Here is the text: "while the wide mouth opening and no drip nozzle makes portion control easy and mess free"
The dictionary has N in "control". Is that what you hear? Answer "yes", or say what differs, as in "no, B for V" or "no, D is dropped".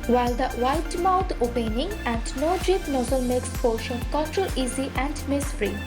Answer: no, N is dropped